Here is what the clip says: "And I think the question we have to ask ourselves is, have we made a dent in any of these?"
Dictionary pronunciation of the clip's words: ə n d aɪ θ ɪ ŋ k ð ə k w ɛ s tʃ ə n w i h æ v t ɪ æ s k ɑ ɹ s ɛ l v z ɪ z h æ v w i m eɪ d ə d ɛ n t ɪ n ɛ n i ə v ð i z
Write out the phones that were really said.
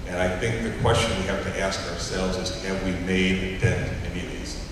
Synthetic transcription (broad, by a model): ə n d aɪ θ ɪ ŋ k ð ə k w ɛ s tʃ ə n w i h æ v t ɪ æ s k ɑ ɹ s ɛ l v z ɪ z h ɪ v w i m eɪ d ə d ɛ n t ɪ ɛ n i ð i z